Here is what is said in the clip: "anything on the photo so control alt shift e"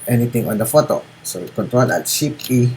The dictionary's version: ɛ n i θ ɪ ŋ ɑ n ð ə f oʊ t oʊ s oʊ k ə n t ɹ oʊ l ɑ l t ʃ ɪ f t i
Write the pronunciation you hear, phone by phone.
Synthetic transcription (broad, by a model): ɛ n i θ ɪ ŋ ɑ n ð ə f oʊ t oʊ s oʊ k ə n t ɹ oʊ l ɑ t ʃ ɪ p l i